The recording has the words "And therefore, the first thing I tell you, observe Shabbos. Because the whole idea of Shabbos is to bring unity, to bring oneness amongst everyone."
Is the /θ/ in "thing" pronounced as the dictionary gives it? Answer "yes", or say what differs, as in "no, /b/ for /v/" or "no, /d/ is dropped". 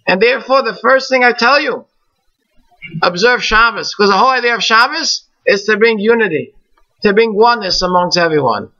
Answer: yes